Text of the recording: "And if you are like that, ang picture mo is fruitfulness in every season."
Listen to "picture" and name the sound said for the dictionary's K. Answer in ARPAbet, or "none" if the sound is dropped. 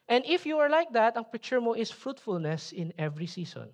none